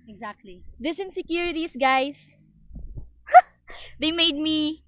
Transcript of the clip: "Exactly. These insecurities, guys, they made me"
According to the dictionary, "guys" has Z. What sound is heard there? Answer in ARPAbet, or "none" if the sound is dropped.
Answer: S